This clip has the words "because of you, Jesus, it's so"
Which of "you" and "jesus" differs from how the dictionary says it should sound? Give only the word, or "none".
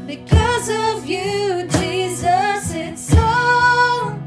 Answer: none